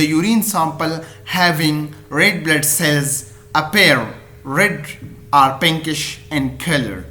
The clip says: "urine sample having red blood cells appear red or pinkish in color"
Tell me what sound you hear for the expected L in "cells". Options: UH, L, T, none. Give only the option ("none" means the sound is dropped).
L